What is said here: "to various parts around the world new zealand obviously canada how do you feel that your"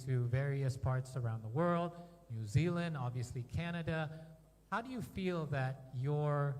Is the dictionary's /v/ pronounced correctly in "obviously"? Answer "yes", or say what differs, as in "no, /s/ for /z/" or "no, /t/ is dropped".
yes